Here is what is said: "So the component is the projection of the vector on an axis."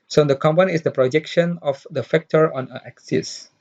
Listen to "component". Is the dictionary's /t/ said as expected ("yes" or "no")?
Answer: no